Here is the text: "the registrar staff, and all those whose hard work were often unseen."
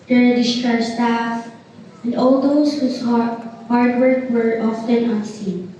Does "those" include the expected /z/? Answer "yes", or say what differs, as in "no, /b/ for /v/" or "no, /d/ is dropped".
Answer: no, /s/ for /z/